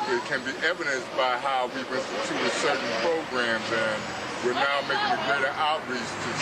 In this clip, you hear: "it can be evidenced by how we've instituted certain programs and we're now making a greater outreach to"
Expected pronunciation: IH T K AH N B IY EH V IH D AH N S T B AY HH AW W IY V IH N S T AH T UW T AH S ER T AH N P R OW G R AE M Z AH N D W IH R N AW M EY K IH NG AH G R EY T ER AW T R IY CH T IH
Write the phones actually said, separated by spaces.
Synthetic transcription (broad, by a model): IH T K AH N B IY EH V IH D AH N S B AY HH AW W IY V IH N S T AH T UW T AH S ER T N P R OW G R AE M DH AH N W IH R N AW M EY K IH NG AH G R EY T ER AW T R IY S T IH